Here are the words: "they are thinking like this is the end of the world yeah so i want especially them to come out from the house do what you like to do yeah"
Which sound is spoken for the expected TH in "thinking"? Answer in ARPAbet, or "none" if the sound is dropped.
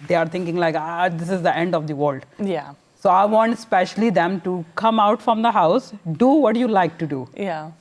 T